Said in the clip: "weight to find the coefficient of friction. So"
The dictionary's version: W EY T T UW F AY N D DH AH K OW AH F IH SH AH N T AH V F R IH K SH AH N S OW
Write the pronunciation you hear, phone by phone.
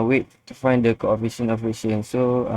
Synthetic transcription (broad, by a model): W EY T T UW F AY N D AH K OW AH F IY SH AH N AH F IY SH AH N S OW